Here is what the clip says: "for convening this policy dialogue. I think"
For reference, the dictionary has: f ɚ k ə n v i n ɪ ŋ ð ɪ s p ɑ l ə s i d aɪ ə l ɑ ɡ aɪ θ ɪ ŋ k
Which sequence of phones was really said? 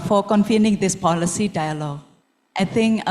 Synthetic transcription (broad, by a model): f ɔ k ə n f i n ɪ ŋ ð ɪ s p ɑ l ə s i d aɪ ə l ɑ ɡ aɪ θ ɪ ŋ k